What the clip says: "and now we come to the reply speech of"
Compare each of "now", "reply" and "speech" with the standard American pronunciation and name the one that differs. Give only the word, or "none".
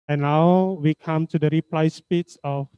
speech